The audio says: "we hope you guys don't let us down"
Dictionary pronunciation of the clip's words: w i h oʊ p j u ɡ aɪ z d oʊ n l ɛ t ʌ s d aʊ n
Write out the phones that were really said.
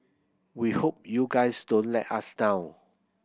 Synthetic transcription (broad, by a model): w i h oʊ p j u ɡ aɪ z d oʊ n l ɛ t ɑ s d aʊ